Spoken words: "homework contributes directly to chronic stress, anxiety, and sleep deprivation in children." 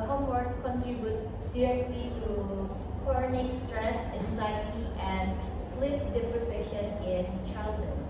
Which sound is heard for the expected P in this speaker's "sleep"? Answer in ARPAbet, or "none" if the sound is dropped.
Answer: F